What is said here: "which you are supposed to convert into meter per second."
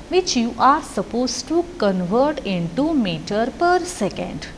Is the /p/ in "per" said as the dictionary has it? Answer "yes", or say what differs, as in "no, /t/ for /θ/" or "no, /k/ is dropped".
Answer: yes